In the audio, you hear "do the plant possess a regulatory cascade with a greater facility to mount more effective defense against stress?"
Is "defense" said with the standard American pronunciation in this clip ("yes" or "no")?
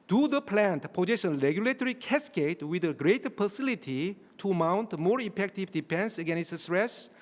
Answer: no